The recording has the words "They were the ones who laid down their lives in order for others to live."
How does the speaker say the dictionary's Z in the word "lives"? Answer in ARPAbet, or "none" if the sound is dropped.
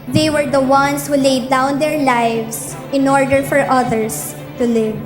S